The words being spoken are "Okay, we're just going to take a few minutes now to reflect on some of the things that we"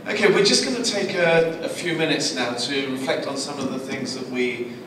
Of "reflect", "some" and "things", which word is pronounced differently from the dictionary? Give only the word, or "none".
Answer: none